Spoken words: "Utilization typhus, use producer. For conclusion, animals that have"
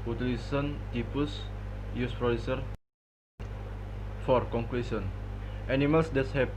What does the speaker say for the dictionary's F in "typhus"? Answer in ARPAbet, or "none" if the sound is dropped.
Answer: P